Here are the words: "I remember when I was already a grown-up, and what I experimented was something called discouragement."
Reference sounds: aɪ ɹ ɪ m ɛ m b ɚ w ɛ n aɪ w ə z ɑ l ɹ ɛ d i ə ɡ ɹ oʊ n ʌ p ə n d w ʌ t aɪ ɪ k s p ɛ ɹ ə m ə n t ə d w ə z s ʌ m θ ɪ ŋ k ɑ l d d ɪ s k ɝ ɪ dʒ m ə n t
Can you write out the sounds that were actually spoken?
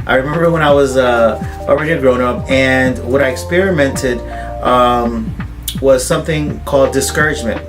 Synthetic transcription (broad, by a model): aɪ ɹ ɪ m ɛ m b ɚ w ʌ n aɪ w ə z ɑ l ɹ ɛ d i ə ɡ ɹ oʊ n ʌ p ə n w ʌ t aɪ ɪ k s p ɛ ɹ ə m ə n t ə d w ə z s ʌ m θ ɪ ŋ k ɑ l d d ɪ s k ɝ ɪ dʒ m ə n t